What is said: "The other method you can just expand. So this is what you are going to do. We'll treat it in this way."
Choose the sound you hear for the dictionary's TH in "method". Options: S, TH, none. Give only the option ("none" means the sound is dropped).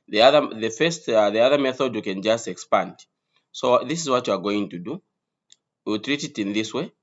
TH